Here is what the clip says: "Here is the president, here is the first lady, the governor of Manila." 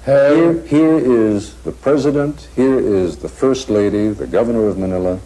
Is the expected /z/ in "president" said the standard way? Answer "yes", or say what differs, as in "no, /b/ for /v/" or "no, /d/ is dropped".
yes